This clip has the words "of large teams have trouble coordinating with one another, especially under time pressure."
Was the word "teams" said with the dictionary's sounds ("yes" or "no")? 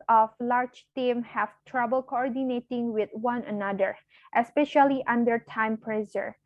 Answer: no